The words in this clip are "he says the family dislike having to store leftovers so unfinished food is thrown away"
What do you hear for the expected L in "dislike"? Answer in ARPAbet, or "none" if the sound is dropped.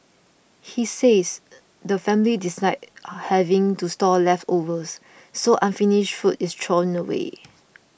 none